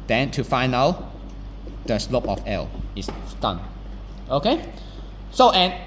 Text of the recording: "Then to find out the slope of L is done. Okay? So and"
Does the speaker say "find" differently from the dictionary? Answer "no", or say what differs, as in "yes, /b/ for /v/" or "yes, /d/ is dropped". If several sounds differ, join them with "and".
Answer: yes, /d/ is dropped